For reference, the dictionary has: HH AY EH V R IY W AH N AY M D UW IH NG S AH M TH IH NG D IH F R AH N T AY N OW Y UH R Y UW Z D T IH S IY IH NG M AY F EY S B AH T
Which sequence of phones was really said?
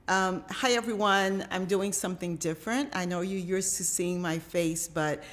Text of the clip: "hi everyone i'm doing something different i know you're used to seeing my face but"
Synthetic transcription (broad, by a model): HH AY EH V R IY W AH N AY M D UW IH NG S AH M TH IH NG D IH F R AH N T AY N OW Y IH Y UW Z T IH S IY IH NG M AY F EY S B AH T